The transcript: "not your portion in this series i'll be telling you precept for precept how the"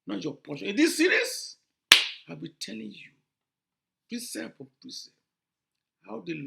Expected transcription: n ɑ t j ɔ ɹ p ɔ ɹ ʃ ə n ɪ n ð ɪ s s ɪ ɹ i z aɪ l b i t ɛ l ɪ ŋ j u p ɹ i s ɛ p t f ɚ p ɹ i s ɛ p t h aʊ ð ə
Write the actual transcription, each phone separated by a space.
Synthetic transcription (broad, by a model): n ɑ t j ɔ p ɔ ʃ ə ɪ n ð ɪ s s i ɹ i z aɪ l b i t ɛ l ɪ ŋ j u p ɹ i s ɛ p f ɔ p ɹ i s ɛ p h aʊ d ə